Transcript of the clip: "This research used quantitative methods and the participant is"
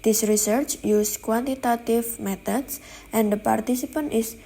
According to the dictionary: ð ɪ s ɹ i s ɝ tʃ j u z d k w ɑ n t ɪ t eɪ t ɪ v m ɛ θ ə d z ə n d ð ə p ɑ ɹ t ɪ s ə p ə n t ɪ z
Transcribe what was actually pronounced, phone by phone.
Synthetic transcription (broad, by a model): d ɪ s ɹ i s ɝ tʃ j u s k w ɑ n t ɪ t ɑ t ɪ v m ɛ t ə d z ə n d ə p ɑ ɹ t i s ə p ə n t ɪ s